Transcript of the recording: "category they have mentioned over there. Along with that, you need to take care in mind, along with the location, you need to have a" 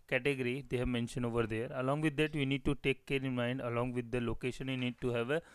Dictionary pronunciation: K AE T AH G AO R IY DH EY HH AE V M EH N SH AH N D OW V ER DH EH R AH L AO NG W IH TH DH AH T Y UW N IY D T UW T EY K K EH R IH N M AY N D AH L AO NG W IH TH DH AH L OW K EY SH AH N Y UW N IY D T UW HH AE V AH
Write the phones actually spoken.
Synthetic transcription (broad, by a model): K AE T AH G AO R IY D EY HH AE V M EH N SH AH N OW V ER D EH R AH L AO NG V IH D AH T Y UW N IY D T UW T EY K K EH R IH N M AY N D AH L AO NG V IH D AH L OW K EY SH AH N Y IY N IY D T UW HH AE V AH